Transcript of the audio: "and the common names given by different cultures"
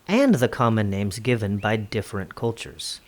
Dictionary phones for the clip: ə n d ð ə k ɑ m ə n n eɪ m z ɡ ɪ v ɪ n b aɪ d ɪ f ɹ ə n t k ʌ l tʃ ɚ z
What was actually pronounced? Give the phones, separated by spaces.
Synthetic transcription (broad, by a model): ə n ð ə k ɑ m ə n n eɪ m z ɡ ɪ v ɪ n b aɪ d ɪ f ɹ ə n k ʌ l tʃ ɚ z